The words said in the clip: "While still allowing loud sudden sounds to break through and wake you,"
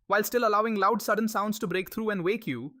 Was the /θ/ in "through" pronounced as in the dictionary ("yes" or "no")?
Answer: no